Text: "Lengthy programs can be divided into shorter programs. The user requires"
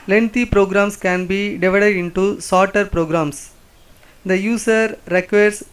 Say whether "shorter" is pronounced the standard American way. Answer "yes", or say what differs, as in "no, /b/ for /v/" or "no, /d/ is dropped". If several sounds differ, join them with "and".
no, /s/ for /ʃ/